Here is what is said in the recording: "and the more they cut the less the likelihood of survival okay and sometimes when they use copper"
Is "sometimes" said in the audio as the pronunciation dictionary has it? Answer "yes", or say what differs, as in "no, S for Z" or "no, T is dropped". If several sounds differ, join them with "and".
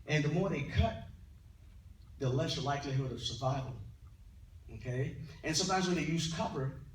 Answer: yes